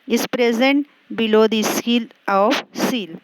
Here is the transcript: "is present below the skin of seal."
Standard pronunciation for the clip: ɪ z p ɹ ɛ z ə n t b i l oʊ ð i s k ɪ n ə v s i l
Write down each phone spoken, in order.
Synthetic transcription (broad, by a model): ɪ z p ɹ ɛ z ə n t b i l oʊ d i s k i l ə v s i l